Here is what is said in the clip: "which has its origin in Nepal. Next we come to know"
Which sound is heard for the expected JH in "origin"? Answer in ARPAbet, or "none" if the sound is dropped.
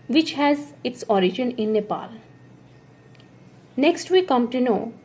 JH